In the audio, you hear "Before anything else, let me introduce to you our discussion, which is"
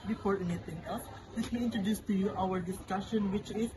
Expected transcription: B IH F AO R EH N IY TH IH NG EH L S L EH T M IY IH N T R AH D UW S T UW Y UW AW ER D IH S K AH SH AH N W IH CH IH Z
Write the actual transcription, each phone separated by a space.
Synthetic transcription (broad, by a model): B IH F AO R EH N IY T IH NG EH L S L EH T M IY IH N T R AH D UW S T UW Y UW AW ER D IH S K AH SH AH N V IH CH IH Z